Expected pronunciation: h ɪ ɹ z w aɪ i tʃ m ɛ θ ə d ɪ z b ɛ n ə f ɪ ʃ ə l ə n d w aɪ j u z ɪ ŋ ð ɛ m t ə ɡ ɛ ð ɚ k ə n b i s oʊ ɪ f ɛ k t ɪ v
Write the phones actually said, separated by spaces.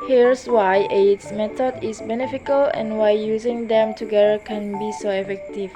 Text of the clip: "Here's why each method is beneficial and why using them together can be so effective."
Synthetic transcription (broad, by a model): h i ɹ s w aɪ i s m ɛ t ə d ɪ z b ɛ n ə f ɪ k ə l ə n w aɪ j u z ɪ ŋ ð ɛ m t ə ɡ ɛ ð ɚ k ə n b i s oʊ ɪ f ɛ k t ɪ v